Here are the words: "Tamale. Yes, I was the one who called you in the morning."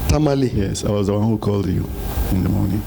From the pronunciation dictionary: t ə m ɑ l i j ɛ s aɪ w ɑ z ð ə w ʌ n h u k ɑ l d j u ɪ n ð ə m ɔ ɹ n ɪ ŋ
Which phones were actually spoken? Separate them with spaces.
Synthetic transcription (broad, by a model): t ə m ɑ l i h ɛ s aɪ w ɑ z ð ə w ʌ n h u k ɑ l d j u ɪ n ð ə m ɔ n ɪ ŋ